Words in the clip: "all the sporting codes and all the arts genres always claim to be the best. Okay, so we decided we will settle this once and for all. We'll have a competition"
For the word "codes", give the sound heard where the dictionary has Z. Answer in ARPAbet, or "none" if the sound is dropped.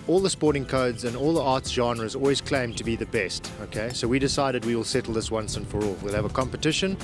Z